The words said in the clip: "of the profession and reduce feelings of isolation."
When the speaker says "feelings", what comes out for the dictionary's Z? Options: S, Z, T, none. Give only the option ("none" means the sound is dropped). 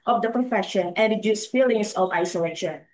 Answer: S